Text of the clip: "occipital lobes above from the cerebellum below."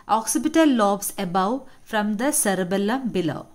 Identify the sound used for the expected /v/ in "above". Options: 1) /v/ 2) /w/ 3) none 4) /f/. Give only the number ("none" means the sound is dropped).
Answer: 2